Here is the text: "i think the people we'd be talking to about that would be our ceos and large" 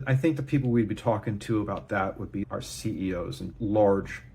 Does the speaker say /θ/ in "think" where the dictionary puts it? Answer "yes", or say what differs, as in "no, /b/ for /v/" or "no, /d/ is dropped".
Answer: yes